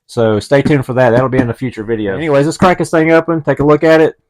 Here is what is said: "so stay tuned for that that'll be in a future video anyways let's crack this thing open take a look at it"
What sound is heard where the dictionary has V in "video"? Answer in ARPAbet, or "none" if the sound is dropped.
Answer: V